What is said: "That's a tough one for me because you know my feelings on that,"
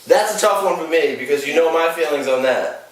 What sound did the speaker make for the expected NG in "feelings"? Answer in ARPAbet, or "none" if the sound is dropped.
NG